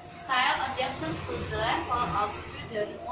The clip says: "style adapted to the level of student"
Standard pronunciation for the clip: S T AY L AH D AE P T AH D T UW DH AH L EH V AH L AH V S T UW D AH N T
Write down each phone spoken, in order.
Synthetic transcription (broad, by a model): S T AY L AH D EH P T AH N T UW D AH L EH P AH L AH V S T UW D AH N